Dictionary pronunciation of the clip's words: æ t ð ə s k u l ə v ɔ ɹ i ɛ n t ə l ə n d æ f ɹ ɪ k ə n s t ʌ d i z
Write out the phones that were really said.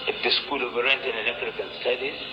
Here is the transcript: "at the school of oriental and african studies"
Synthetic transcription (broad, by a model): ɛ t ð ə s k u l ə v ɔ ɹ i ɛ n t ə n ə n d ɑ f ɹ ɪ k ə n s t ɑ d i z